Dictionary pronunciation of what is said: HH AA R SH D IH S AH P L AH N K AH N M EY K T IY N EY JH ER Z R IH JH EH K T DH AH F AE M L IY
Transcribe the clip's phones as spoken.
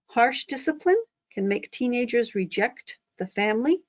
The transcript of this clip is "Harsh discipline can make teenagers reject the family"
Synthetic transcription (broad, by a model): HH AA R SH D IH S AH P L AH N K AH N M EY K T IY N EY JH ER Z R IH JH EH K T DH AH F AE M L IY